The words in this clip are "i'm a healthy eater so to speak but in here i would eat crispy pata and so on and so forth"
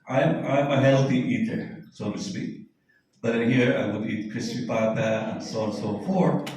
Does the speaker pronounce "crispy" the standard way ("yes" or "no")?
no